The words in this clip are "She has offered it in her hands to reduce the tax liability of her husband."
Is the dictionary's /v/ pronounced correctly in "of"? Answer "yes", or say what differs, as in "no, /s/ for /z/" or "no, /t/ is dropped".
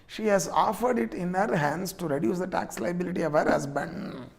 yes